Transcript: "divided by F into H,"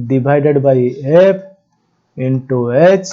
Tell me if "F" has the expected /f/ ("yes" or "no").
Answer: no